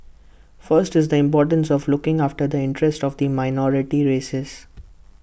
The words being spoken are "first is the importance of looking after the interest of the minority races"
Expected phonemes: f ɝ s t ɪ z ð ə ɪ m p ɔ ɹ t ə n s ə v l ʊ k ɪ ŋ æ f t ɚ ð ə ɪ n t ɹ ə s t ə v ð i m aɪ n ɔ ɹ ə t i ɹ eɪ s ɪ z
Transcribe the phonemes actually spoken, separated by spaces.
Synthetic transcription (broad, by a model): f ɝ s t ɪ z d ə ɪ m p ɔ ɹ t ə n s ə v l ʊ k ɪ ŋ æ f t ɚ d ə ɪ n t ɹ ə s t ə v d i m aɪ n ɔ ɹ ə t i ɹ eɪ s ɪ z